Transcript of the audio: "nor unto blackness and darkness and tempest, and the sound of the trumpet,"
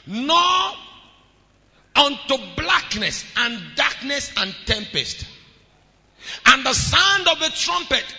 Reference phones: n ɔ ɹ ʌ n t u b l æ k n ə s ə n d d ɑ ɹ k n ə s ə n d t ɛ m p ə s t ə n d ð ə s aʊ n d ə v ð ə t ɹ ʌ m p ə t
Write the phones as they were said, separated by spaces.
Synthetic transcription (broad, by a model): n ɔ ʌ n t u b l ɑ k n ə s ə n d d ɑ k n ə s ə n t ɛ m p ə s t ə n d ð ə s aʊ n d ə v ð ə t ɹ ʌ m p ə t